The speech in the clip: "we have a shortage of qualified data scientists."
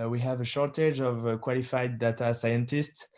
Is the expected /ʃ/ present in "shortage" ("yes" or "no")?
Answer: yes